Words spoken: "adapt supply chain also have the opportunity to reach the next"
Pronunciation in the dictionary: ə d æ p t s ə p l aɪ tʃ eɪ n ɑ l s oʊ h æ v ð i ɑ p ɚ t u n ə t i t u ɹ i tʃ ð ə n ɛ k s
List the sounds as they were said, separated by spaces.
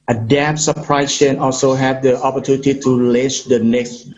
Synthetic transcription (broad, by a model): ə d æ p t s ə p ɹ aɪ ʃ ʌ n ɑ l s oʊ h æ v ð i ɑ p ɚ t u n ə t i t u l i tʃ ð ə n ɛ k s